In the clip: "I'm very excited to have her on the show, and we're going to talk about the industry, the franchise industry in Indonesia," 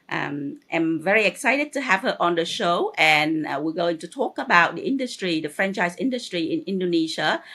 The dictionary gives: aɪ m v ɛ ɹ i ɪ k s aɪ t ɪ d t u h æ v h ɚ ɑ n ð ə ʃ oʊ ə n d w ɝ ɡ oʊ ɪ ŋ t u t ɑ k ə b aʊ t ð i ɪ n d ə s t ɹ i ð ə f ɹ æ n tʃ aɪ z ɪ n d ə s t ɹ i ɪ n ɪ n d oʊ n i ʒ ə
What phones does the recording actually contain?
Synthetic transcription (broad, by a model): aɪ m v ɛ ɹ i ɪ k s aɪ t ɪ d t u h æ v h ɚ ɑ n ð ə ʃ oʊ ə n w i ɡ oʊ ɪ ŋ t u t ɑ k ə b aʊ t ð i ɪ n d ə s t ɹ i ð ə f ɹ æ n tʃ aɪ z ɪ n d ə s t ɹ i ɪ n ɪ n d oʊ n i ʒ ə